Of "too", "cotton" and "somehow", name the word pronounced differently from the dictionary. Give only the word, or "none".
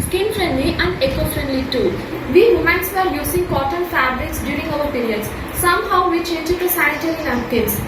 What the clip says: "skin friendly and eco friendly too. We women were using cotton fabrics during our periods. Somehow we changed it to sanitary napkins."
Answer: cotton